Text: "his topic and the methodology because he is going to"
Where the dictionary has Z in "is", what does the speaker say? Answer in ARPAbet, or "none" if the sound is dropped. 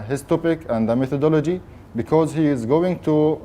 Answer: Z